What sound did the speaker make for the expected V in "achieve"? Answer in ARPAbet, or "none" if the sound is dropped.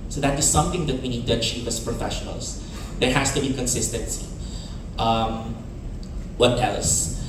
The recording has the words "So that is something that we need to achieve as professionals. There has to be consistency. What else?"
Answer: P